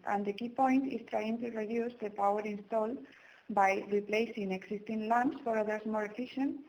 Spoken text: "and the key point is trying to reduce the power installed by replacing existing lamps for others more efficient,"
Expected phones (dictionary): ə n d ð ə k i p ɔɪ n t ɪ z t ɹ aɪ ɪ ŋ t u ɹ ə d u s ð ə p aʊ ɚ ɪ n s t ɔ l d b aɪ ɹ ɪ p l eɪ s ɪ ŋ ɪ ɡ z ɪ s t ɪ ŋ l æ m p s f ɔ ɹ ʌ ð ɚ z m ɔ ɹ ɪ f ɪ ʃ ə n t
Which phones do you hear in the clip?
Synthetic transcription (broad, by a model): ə n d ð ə k i p ɔɪ n t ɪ s t ɹ aɪ ɪ ŋ t u ɹ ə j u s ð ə p aʊ ɚ ɪ n s t ɔ l d b aɪ ɹ ɪ p l eɪ s ɪ ŋ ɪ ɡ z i s t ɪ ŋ l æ m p s f ɔ ɹ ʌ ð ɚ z m ɔ ɹ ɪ f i ʃ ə n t